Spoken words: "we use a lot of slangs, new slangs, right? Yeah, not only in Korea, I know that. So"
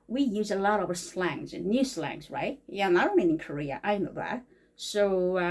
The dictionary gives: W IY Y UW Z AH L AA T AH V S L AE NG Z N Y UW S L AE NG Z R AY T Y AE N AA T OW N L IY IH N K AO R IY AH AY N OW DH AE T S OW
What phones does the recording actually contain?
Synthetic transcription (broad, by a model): W IY Y UW Z AH L AA T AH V S L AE NG Z N Y UW S L AE NG Z R AY T Y AE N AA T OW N IY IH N K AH R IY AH AY N OW DH AE T S OW